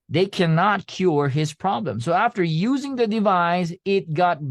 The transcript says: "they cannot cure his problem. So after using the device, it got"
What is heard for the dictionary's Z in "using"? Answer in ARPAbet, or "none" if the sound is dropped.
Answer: Z